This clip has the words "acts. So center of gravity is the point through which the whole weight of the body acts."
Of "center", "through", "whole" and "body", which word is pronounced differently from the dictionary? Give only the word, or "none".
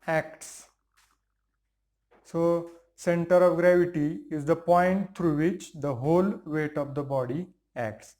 through